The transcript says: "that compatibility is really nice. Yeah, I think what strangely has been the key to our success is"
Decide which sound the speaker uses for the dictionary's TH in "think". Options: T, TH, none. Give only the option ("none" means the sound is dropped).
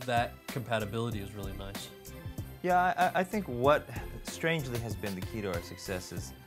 TH